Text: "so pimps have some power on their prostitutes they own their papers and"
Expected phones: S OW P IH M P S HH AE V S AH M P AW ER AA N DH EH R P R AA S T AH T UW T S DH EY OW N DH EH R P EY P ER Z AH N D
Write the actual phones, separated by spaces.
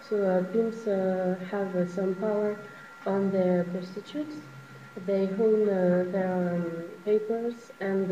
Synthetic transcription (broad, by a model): S OW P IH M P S HH AE V S AH M P AW ER AA N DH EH R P AA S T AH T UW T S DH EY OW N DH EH R P EY P ER Z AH N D